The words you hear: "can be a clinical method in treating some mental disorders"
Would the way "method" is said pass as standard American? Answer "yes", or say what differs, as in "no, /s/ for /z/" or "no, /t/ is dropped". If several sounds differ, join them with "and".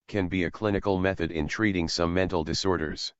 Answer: yes